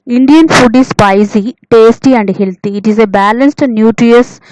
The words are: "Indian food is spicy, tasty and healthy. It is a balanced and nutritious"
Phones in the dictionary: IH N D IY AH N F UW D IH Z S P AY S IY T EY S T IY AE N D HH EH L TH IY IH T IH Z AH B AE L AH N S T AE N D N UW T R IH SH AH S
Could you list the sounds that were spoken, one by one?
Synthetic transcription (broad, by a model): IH N D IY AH N F UW D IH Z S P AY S IY T EY S T IY AE N D HH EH L T IY T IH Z AH B AE L AH N S T N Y UW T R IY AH S